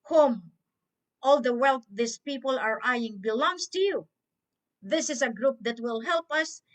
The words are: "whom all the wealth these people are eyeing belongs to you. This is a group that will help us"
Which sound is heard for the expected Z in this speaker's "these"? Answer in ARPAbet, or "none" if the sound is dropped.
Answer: S